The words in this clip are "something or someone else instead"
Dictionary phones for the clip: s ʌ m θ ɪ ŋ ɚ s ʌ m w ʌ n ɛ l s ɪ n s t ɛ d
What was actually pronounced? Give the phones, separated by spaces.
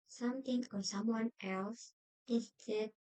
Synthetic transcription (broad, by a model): s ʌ m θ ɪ ŋ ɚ s ʌ m w ʌ n ɛ l s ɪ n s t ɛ